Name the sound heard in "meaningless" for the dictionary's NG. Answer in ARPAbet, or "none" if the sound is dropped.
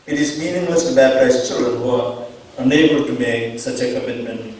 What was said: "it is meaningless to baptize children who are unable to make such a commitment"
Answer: NG